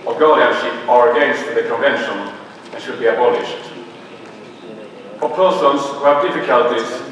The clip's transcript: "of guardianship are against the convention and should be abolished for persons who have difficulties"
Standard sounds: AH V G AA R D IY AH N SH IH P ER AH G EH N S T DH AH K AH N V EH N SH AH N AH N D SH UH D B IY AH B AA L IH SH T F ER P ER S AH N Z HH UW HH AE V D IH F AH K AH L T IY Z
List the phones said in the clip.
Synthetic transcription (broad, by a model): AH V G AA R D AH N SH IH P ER AH G EH N S T DH AH K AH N V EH N SH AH N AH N SH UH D B IY AH B AA L IH SH T P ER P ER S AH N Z HH UW HH AE V D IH F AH K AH L T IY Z